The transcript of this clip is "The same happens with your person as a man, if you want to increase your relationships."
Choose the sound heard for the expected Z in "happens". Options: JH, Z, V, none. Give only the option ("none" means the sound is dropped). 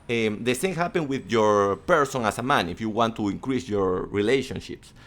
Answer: none